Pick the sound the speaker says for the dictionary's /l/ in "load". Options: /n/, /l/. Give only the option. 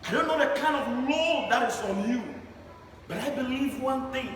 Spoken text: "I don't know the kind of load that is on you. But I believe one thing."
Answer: /n/